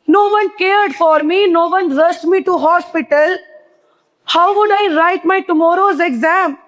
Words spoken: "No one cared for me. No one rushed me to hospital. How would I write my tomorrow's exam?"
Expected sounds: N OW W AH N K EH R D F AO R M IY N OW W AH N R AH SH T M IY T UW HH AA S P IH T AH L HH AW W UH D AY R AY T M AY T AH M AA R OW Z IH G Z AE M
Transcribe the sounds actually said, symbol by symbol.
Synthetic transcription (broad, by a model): N OW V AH N K EH R D F AO R M IY N OW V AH N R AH S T M IY T UW HH AA S P IH T AH L HH AW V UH D AY R AY T M AY T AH M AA R OW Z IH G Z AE M